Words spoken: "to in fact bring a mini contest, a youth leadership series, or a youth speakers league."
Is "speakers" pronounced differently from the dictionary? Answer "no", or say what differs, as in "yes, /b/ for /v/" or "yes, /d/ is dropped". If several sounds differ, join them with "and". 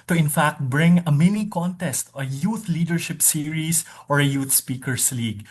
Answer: yes, /s/ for /z/